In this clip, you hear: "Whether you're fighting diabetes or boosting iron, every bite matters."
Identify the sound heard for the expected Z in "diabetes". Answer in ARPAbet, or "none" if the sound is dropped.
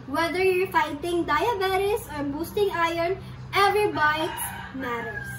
S